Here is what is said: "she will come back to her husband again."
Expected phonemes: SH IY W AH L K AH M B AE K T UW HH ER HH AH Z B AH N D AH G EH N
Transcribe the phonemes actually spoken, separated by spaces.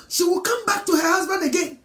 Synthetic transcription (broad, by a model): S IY W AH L K AH M B AE K T UW HH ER HH AH Z B AH N D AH G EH N